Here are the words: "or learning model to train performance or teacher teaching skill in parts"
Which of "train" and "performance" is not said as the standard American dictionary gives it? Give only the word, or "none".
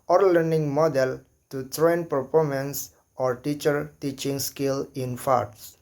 performance